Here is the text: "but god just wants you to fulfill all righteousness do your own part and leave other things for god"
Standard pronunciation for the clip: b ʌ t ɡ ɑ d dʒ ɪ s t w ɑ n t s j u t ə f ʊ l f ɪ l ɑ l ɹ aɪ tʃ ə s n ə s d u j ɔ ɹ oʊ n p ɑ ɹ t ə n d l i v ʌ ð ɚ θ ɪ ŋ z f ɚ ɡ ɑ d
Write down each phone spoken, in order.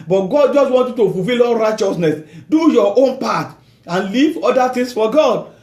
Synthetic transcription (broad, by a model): b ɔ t ɡ ɑ d dʒ ɪ s t w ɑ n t j u t ə f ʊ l f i l ɑ l ɹ aɪ tʃ ə s n ə s d u j ɔ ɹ oʊ n p ɑ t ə n l i v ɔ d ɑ t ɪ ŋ s f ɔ ɡ ɑ d